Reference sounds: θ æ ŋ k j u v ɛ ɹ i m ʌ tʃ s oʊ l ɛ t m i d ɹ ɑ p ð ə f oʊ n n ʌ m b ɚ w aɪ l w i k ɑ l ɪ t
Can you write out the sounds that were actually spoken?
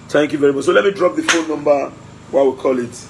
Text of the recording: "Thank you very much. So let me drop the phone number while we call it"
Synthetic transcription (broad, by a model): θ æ ŋ k j u v ɛ ɹ i m ʌ tʃ s oʊ l ɛ t m i d ɹ ɑ p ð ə f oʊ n n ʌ m b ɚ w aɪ w i k ɑ l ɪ t